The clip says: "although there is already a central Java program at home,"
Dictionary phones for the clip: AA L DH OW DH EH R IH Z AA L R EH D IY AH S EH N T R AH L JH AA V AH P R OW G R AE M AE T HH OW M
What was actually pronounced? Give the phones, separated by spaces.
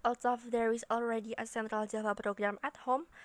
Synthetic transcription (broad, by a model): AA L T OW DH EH R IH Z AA L R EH D IY AH S EH N T R AH L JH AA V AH P R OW G R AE M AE T HH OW M